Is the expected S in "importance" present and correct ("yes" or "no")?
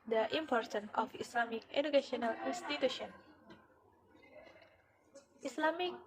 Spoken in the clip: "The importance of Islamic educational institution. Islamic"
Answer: no